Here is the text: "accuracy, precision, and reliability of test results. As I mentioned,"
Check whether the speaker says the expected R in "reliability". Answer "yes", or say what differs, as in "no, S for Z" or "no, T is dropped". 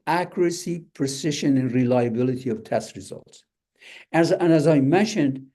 yes